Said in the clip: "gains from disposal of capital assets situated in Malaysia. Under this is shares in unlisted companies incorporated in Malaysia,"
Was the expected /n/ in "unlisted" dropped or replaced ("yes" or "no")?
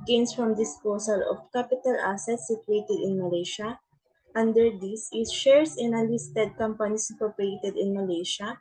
yes